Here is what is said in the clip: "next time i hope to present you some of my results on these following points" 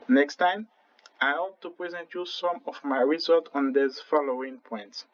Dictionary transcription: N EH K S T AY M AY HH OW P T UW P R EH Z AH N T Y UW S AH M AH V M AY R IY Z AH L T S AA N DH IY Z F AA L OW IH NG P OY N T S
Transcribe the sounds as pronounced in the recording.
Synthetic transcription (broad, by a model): N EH K S T AY M AY HH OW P T UW P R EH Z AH N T Y UW S AH M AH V M AY R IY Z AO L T AA N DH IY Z F AA L OW IH NG P OY N T S